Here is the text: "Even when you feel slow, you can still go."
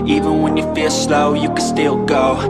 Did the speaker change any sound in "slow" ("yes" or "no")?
no